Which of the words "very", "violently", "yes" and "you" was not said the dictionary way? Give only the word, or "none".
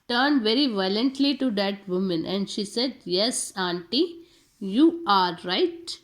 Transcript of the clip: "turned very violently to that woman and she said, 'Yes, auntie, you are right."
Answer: none